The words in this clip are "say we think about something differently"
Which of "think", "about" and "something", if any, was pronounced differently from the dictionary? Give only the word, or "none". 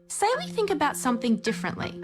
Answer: none